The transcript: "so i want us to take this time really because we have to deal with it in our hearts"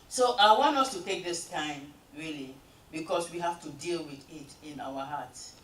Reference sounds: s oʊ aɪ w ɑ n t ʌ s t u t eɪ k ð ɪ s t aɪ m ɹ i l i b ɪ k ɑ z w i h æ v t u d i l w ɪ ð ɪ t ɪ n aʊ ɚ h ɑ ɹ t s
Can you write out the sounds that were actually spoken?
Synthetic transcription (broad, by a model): s oʊ aɪ w ɑ n t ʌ s t u t eɪ k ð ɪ s t aɪ m ɹ i l i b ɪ k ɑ s w i h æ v t u d i l w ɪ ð ɪ t ɪ n aʊ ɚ h ɑ t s